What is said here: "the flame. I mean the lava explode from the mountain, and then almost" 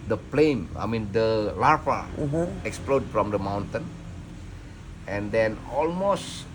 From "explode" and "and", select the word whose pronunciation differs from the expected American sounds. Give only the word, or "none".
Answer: none